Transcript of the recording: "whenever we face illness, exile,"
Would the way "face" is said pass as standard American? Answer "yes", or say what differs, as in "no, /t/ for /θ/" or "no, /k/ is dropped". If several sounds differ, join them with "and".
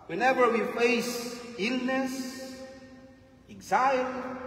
yes